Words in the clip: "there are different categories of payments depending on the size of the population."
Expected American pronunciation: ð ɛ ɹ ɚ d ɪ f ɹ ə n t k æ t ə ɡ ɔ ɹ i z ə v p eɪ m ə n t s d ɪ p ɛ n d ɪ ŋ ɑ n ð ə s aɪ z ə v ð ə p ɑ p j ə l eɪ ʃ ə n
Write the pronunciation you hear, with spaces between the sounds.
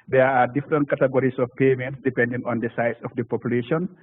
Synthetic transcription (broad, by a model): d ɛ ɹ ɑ d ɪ f ɹ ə n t k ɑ t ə ɡ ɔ ɹ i s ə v p eɪ m ə n t s d ɪ p ɛ n d ɪ ŋ ɑ n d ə s aɪ s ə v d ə p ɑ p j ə l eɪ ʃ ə n